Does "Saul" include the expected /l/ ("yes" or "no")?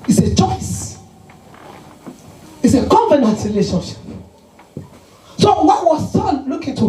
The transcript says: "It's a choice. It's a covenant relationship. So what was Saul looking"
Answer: no